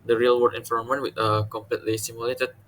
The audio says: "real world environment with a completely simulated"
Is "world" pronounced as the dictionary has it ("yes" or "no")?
no